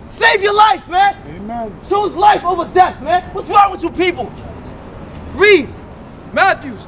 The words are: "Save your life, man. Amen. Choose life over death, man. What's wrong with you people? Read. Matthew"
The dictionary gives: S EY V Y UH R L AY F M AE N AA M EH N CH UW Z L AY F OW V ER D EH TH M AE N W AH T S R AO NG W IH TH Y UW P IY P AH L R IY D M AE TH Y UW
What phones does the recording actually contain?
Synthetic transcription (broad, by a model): S EY V Y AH R L AY F M AE N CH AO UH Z L AY F OW V ER D EH TH M AE N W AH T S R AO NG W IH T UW P IY P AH L R IY D M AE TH Y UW